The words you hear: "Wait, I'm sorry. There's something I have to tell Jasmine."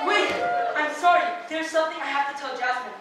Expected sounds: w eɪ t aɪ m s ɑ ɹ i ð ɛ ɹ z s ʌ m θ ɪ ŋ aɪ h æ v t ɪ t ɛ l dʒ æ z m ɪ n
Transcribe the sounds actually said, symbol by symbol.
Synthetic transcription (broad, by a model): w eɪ aɪ m s ɑ ɹ i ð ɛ ɹ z s ʌ m θ ɪ ŋ aɪ h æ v t ɪ t ɛ l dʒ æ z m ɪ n